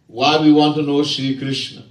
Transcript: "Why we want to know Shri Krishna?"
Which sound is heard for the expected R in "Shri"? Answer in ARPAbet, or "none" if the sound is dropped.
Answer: none